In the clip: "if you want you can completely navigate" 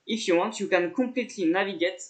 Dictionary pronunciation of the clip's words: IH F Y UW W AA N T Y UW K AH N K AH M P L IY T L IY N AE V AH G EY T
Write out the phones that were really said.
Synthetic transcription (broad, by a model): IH F Y UW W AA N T Y UW K AH N K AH P L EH T L IY N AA V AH G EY T